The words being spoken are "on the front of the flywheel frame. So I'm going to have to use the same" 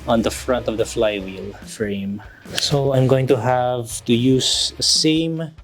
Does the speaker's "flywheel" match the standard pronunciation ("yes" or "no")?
yes